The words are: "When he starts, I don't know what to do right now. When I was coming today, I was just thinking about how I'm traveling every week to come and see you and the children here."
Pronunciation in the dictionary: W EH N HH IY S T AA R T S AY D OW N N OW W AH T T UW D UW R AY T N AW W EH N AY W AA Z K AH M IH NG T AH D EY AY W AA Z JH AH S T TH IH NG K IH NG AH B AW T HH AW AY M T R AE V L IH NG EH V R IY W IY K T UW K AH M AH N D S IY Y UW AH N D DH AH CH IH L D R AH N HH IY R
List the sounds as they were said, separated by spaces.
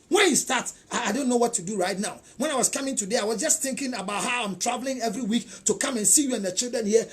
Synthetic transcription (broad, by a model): W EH N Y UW S T AA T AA AY D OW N N OW W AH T T UW D UW R AY T N AW W EH N AY W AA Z K AH M IH NG T AH D EY AY W AA Z JH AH S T TH IH NG K IH NG AH B AW T HH AW AY M T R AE V L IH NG EH V R IY W IY K T UW K AH M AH N S IY Y UW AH N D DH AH CH IH L D R AH N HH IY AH